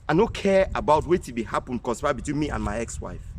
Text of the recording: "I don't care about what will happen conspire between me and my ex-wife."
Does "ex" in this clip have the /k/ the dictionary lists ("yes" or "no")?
yes